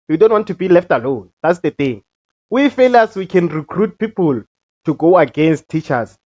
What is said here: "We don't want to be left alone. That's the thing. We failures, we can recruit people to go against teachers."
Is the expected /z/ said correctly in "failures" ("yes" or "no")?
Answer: no